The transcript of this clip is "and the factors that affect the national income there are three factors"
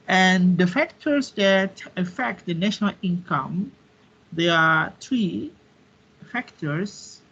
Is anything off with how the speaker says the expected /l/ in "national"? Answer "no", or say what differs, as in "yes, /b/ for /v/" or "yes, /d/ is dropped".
no